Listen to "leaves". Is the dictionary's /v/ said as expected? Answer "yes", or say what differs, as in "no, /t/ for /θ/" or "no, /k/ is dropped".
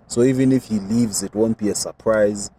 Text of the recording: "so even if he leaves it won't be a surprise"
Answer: yes